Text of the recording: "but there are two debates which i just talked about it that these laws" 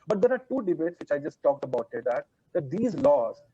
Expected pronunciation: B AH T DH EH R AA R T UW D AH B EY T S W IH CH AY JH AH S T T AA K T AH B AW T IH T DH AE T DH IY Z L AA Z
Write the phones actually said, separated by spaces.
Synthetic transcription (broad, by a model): B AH T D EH R AA R T UW D AH B EY T S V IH CH AY JH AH S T T AA K T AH B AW T IH T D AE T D IY Z L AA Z